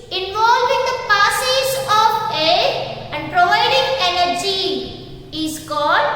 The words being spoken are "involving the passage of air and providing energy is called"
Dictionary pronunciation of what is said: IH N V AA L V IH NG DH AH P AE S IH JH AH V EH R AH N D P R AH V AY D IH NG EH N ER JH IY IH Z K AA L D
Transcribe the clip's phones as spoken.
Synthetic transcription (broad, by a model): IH N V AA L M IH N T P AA S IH Z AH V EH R AH N D P R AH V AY D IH NG EH N ER JH IY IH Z K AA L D